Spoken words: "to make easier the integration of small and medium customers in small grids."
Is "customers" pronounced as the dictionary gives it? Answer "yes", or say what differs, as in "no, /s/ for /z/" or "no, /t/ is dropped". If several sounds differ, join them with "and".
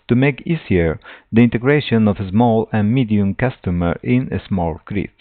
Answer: no, /z/ is dropped